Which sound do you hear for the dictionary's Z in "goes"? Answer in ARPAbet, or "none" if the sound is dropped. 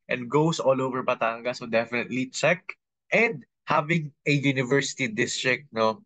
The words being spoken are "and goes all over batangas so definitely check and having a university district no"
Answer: S